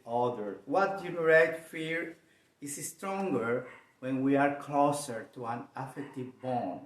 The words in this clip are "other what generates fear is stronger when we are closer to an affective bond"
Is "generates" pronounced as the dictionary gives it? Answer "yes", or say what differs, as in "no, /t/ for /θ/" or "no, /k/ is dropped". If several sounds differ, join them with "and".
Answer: no, /s/ is dropped